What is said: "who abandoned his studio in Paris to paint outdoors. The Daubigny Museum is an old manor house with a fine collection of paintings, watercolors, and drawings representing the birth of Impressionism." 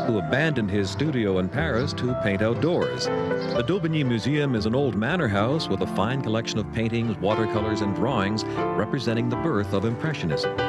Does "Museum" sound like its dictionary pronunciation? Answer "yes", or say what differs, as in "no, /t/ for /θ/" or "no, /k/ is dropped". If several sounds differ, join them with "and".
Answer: yes